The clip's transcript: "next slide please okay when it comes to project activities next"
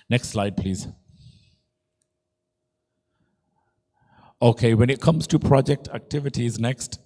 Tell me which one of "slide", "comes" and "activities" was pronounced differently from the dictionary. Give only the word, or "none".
none